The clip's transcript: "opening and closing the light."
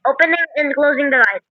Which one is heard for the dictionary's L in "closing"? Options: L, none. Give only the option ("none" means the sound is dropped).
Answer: L